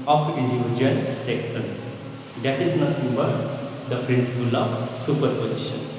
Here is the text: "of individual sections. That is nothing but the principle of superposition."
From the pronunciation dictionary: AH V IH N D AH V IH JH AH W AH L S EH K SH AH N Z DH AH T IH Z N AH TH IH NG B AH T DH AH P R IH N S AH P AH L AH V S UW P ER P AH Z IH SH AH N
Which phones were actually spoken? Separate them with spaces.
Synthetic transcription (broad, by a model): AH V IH N D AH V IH JH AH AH L S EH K S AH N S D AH T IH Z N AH T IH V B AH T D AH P R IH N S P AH L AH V S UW P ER P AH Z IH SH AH N